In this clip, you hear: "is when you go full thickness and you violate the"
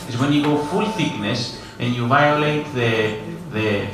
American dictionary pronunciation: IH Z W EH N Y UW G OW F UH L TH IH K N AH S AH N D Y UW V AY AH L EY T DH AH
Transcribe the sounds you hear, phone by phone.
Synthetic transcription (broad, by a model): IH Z W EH N Y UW G OW F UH L TH IH K N AH S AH N Y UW V AY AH L EY T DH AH